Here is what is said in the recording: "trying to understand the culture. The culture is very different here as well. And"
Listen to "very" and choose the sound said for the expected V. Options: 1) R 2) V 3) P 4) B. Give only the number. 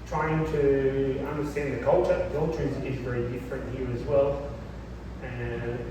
2